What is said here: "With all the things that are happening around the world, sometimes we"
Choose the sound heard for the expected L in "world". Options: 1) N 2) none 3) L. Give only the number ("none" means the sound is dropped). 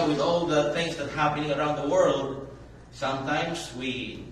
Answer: 3